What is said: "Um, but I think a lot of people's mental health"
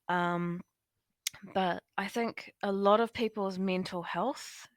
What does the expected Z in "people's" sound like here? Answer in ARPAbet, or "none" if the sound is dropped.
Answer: Z